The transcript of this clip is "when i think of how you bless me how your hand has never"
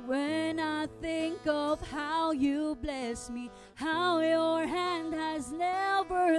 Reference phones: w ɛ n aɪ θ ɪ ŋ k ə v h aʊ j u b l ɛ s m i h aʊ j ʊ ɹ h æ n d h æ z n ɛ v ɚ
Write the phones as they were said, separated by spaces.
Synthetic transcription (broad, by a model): w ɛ n aɪ θ ɪ ŋ k ə v h aʊ j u b l ɛ s m i h aʊ j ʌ ɹ h æ n d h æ z n ɛ v ɚ